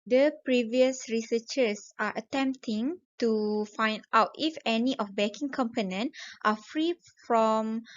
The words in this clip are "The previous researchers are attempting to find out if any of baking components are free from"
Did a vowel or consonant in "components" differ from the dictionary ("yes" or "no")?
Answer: yes